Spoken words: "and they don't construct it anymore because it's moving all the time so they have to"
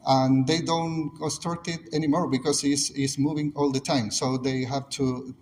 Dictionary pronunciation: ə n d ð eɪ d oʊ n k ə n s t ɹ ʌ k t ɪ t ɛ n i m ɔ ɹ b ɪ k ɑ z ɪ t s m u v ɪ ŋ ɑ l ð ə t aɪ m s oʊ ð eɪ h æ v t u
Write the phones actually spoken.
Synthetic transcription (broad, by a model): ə n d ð eɪ d oʊ n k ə s t ʌ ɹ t ɪ t ɛ n i m ɔ ɹ b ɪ k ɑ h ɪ s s m u v ɪ ŋ ɑ l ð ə t aɪ m s oʊ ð eɪ h æ v t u